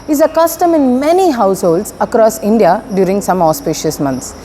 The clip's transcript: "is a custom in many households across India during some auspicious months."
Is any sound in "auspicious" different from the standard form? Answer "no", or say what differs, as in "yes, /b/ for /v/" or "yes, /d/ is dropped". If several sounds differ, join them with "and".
no